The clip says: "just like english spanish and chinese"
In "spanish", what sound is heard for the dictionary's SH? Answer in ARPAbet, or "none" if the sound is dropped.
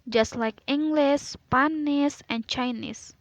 S